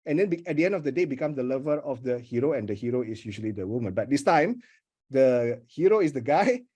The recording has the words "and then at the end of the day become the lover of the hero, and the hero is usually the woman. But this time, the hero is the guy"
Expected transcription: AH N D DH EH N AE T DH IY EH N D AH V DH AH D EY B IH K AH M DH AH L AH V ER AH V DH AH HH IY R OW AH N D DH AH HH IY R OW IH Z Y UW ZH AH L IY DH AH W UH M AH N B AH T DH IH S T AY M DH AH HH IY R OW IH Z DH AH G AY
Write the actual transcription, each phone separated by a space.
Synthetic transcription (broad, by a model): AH N D EH N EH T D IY EH N D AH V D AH D EY B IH K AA M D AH L AH V ER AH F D AH HH IY R OW AH N D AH HH IY R OW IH S Y UW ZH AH L IY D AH W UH M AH N B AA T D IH S T AY M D AH HH IY R OW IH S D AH G AY